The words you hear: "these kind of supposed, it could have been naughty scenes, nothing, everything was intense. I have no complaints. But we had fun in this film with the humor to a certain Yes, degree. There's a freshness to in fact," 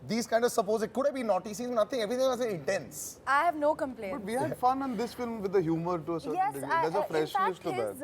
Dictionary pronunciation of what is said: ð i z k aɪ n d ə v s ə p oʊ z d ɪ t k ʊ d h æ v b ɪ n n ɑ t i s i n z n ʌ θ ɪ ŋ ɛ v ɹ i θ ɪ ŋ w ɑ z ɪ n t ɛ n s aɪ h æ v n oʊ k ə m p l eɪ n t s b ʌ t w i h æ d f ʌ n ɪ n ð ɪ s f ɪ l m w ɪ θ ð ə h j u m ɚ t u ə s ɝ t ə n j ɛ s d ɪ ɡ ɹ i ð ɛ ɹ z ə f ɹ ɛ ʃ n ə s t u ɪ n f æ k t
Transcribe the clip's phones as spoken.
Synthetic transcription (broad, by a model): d i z k aɪ n d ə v s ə p oʊ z ɪ t k ʊ d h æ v b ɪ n n ɑ t i s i z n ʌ t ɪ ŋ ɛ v ɹ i t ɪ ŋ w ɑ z ɪ n t ɛ n s aɪ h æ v n oʊ k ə m p l eɪ b ʌ t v i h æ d f ʌ n ɪ n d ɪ s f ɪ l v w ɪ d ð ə h j u m ɚ t u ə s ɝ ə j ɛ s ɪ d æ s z ə f ɹ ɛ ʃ l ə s t u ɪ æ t